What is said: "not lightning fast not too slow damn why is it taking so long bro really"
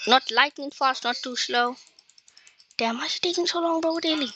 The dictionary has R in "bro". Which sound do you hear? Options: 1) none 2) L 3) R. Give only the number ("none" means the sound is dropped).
1